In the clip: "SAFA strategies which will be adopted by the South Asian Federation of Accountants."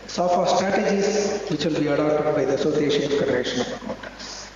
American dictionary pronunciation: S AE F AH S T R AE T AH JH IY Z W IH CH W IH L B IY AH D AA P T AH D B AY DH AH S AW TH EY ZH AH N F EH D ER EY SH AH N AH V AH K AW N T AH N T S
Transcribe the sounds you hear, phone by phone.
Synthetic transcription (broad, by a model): S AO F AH S T R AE T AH JH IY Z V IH CH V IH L B IY AH D AA P T AH D B AY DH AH S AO S EY SH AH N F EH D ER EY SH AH N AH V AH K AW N T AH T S